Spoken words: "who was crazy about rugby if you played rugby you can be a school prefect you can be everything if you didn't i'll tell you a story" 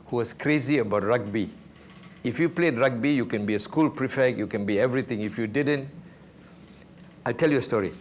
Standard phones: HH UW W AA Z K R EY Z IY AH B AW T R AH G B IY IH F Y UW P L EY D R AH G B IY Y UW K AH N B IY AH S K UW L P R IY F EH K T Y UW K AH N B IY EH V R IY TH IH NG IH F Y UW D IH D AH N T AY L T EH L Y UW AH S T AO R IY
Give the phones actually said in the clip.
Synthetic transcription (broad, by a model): HH UW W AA S K R EY Z IY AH B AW T R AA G B IY IH F Y UW P L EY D R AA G B IY Y UW K AH N B IY AH S K UW L P R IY F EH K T Y UW K AH N B IY EH V R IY T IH NG IH F Y UW D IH D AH N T AY L T EH L Y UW AH S T AO R IY